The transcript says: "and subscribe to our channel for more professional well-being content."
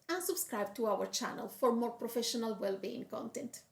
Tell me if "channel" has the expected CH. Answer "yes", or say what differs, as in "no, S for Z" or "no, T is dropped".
yes